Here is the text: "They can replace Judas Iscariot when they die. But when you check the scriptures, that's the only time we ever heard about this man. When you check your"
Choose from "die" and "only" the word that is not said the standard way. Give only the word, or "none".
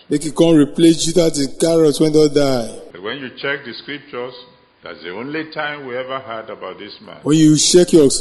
none